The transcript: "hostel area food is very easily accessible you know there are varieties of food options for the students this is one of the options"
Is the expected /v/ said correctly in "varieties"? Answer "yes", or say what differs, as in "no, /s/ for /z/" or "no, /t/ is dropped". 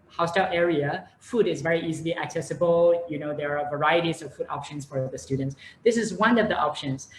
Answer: yes